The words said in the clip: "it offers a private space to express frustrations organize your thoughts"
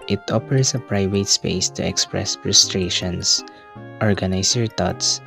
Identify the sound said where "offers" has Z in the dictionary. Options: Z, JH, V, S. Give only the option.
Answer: S